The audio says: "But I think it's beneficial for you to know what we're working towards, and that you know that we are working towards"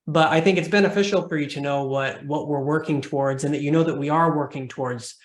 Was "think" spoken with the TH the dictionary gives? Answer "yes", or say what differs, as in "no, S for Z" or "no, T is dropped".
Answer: yes